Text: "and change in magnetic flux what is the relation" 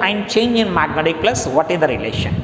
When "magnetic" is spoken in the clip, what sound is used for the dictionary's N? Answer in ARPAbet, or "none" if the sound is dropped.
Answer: N